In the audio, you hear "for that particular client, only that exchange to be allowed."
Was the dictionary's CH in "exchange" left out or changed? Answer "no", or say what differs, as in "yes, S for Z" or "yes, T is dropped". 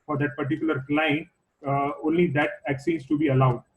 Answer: yes, CH is dropped